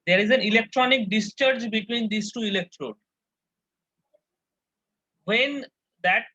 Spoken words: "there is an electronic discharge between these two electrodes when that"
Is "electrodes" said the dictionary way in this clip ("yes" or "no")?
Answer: no